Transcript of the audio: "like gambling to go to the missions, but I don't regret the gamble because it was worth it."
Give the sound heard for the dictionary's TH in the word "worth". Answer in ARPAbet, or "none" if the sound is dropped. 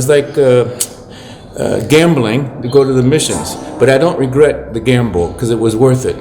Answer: TH